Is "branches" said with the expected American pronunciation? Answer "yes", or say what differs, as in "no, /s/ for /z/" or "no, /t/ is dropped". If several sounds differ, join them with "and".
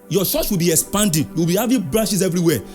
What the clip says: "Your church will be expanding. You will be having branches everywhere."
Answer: no, /ʃ/ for /tʃ/